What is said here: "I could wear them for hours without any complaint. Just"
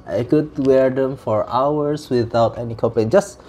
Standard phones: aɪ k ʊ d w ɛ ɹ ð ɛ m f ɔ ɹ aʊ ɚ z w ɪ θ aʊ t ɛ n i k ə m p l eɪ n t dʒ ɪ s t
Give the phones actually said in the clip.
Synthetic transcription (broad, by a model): aɪ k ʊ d w ɛ ɹ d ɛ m f ɔ ɹ aʊ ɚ s w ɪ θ aʊ t ɛ n i k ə p eɪ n dʒ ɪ s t